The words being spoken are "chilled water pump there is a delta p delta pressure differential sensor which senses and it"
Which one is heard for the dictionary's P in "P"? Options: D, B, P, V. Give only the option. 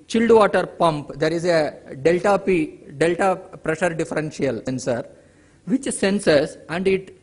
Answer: P